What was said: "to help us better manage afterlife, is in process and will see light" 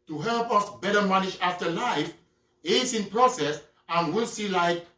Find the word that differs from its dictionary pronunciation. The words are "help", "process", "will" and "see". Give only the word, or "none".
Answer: none